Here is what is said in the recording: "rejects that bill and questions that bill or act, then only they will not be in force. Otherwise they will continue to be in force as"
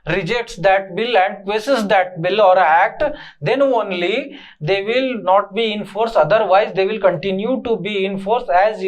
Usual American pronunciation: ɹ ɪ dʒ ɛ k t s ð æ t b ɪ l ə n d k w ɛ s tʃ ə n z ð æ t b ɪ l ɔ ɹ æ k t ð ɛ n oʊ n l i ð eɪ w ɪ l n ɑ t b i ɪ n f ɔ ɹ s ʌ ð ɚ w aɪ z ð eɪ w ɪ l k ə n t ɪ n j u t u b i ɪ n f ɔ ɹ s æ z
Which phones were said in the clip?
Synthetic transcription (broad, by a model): ɹ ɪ dʒ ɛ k t s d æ t b ɪ l ə n d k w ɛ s ə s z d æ t b ɪ l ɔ ɹ æ k t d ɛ n oʊ n l i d eɪ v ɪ l n ɑ t b i ɪ n f ɔ ɹ s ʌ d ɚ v aɪ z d eɪ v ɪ l k ə n t ɪ n j u t u b i ɪ n f ɔ ɹ s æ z